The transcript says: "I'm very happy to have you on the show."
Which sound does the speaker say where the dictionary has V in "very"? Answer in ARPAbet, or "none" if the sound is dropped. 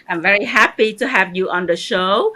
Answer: V